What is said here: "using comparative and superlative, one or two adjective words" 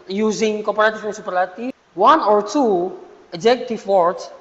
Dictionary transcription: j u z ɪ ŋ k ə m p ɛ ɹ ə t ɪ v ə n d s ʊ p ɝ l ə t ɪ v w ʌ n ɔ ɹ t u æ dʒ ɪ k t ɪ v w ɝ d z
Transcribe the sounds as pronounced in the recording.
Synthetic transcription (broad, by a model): j u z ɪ ŋ k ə p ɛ ɹ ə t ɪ f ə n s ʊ p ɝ l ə t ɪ w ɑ n ɔ ɹ t u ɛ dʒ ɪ k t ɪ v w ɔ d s